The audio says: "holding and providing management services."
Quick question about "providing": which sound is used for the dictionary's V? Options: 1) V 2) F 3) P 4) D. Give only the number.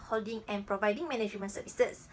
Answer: 1